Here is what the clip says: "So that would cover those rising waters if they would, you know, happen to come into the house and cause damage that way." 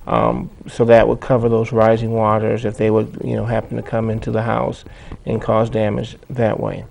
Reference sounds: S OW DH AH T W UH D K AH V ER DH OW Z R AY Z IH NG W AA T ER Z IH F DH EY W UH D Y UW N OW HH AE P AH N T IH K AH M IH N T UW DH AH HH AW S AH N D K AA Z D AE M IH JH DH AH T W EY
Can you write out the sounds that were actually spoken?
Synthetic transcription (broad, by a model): S OW DH AH T W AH D K AH V ER DH OW Z R AY Z IH NG W AA T ER Z IH F DH EY W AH D Y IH N OW HH AE P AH N T IH K AH M IH N T UW DH AH HH AW S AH N K AA Z D AE M IH JH DH AH T W EY